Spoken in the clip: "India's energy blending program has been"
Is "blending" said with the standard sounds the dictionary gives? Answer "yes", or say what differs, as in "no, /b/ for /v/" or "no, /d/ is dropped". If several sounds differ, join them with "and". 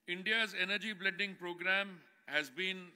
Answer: no, /n/ is dropped